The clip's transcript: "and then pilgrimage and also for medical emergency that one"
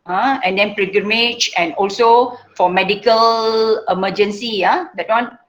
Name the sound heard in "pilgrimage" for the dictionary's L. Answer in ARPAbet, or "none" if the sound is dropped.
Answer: none